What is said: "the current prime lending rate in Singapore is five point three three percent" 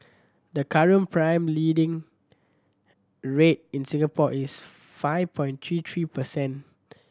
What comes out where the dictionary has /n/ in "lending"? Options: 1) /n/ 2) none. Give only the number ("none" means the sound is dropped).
2